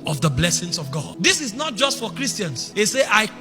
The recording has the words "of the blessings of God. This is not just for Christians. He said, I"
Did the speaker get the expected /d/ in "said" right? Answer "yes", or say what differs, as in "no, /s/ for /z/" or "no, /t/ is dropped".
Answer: no, /d/ is dropped